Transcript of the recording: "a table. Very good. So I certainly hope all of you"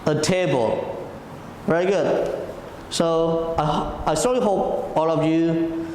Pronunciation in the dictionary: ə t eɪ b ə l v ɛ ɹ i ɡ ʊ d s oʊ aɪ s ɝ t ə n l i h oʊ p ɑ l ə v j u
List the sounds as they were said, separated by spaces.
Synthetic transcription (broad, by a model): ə t eɪ b ə l v ɛ ɹ i ɡ ʊ d s oʊ aɪ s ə l i h oʊ p ɑ l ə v j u